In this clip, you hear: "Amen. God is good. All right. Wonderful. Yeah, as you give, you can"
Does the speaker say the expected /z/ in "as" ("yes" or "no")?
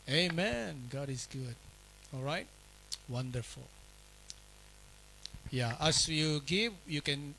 no